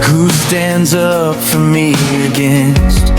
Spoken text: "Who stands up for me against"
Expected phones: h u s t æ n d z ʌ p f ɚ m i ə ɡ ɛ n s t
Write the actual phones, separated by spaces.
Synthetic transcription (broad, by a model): h u s t æ n d z ʌ p f ɚ m i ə ɡ ɛ n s t